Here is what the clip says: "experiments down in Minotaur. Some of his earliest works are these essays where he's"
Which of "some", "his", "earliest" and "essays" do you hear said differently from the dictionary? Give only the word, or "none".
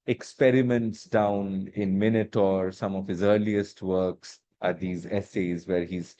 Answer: none